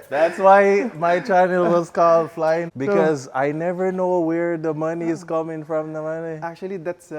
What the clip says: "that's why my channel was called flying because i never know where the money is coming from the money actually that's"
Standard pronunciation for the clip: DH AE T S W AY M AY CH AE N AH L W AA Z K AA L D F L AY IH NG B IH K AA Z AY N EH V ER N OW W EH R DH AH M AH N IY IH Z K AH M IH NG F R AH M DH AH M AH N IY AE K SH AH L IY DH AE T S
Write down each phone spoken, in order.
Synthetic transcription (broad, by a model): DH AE T S W AY M AY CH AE N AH L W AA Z K AA L D F L AY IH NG B IH K AA Z AY N EH V ER N OW W EH R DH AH M AH N IY IH Z K AH M IH NG F R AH M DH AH M AH N IY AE K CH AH L IY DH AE T S